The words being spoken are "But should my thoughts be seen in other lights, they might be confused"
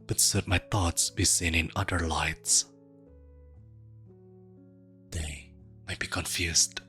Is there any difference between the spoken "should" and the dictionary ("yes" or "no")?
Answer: yes